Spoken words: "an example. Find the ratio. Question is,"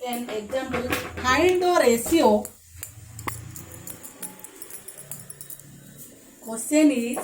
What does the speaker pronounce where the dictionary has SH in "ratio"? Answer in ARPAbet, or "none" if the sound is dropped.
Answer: S